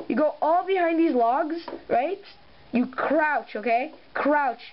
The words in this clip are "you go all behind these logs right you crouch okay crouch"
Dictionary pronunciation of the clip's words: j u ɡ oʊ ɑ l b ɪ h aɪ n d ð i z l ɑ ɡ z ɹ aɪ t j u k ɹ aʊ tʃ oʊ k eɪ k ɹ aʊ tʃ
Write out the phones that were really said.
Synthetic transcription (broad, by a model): j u ɡ oʊ ɑ l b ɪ h aɪ n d ð i z l ɑ ɡ z ɹ aɪ t j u k ɹ aʊ tʃ oʊ k eɪ k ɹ aʊ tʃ